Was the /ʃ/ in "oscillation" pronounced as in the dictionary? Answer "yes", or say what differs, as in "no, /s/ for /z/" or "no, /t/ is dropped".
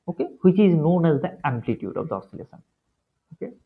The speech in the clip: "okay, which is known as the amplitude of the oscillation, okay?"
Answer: no, /s/ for /ʃ/